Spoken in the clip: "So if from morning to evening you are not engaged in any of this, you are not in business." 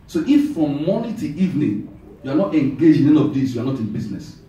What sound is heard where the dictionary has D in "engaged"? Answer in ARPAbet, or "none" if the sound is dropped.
none